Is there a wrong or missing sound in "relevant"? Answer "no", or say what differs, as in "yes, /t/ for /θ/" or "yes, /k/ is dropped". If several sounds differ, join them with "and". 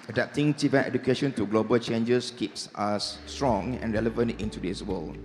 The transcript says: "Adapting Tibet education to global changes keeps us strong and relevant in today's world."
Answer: no